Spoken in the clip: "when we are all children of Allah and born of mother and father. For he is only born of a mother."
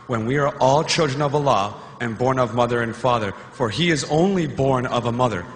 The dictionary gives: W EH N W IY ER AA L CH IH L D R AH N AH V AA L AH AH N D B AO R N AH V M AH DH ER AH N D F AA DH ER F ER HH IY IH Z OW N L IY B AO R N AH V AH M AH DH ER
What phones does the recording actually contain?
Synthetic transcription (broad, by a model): W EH N W IY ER AA L CH IH L D R AH N AH V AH L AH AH N B AO R N AH V M AH DH ER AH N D F AA DH ER F ER IY IH Z OW N L IY B AO R N AH V AH M AH DH ER